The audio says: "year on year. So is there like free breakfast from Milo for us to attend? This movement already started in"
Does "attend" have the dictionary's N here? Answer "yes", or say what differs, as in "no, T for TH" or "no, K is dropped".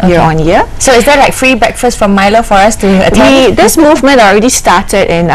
no, N is dropped